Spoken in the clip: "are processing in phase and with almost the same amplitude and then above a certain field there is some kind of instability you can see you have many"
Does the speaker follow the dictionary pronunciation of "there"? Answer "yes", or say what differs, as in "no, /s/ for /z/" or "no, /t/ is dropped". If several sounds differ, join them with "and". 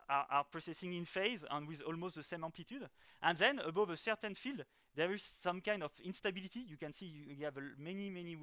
yes